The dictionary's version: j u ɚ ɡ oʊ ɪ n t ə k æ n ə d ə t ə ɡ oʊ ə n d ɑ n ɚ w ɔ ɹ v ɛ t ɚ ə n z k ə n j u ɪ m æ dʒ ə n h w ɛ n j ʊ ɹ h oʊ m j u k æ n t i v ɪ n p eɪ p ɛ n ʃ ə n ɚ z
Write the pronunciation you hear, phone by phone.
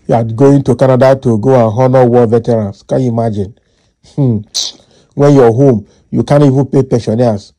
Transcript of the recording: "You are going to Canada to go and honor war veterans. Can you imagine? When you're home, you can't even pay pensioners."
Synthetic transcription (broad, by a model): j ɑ ɡ oʊ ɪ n t ə k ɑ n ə d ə t ə ɡ oʊ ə n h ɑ n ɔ w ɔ v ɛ t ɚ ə n s k ə n j u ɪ m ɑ dʒ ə n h w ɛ n j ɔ h oʊ m j u k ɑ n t i v ɪ n p eɪ p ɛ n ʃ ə n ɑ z